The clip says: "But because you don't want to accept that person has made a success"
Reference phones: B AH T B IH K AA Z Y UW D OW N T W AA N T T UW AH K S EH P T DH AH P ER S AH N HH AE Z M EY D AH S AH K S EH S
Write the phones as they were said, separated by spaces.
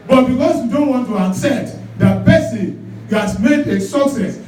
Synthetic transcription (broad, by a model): B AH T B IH K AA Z Y UW D OW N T W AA N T T UW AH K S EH T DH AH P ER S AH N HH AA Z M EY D AH S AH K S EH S